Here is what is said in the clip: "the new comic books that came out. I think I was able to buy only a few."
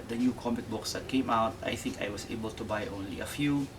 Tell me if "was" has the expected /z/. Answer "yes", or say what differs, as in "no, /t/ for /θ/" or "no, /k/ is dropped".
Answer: no, /s/ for /z/